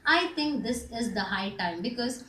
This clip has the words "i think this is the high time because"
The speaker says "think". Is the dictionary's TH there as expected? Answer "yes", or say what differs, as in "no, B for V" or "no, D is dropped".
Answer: no, T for TH